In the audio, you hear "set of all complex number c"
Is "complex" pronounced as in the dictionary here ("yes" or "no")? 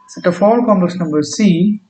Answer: no